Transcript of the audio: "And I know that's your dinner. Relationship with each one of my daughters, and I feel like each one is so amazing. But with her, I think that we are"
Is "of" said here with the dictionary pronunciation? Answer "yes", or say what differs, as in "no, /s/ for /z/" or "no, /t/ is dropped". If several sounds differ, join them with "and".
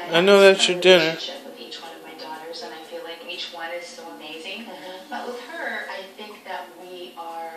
yes